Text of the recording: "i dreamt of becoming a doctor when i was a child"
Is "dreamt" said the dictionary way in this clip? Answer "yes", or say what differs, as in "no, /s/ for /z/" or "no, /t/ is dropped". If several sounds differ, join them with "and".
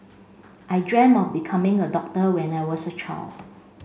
no, /t/ is dropped